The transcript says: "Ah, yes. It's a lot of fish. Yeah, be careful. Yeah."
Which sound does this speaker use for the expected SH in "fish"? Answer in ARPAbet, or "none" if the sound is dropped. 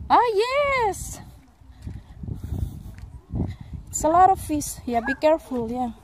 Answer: S